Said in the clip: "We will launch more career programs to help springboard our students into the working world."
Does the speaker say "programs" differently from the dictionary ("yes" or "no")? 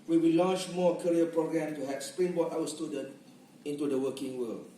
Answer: yes